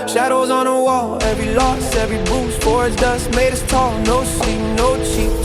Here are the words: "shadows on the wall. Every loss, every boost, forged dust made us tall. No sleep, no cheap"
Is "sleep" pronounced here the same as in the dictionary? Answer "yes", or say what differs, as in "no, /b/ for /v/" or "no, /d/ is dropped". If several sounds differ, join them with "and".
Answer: no, /l/ is dropped